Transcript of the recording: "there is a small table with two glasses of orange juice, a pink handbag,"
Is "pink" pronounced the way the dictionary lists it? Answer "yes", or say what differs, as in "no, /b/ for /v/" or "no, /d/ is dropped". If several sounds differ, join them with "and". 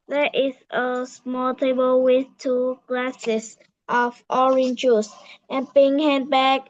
no, /b/ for /p/